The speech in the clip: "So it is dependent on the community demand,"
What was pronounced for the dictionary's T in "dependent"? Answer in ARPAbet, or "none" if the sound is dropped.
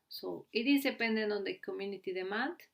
none